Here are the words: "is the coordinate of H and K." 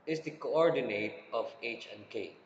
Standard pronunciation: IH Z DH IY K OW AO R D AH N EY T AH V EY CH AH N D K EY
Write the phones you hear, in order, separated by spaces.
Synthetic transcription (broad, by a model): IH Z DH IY K OW AO R D AH N EY T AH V EY CH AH N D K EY